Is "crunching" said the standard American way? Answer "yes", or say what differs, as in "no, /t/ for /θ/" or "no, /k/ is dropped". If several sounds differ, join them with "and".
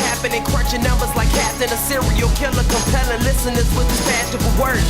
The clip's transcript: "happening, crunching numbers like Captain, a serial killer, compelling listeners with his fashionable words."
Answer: no, /w/ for /ɹ/